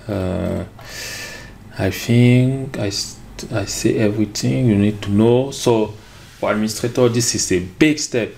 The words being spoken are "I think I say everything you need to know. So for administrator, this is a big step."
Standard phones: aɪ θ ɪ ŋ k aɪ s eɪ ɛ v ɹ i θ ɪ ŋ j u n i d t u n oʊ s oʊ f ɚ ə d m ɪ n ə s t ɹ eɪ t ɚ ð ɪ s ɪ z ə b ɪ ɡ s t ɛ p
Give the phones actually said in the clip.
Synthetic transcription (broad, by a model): aɪ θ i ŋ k aɪ s eɪ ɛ v ɹ i t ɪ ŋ j u n i d t u n oʊ s oʊ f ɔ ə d m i n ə s t ɹ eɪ t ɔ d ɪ s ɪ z ə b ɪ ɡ s t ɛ p